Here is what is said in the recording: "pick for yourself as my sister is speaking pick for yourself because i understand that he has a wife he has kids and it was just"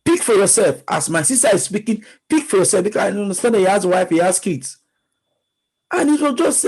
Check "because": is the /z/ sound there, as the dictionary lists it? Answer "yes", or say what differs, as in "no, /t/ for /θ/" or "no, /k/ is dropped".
no, /z/ is dropped